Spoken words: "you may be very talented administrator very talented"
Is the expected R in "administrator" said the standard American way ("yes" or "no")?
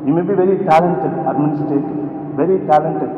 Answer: no